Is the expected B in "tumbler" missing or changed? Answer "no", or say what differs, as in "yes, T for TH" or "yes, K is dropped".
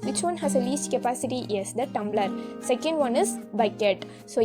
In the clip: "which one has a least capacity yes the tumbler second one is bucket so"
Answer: no